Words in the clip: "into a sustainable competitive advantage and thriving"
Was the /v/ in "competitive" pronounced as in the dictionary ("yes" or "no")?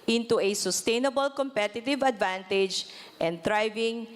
yes